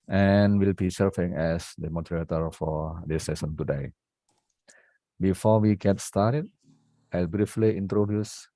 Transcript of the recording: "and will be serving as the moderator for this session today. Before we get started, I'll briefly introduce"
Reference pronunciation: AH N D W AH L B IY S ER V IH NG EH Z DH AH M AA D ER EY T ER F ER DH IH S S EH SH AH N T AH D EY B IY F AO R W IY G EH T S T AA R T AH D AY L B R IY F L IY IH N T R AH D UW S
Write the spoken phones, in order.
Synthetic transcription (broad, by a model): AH N W AH L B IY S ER F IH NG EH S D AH M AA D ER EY T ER F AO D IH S S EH S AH N T AH D EY B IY F AO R W IY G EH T S T AA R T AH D AY L B R IY F L IY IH N T R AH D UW S